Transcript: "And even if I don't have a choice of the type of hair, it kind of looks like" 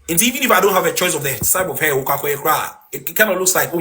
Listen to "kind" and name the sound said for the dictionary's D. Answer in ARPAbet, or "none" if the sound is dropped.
none